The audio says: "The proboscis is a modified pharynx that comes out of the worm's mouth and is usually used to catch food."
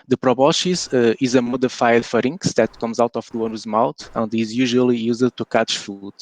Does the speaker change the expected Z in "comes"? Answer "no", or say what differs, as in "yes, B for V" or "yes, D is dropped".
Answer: no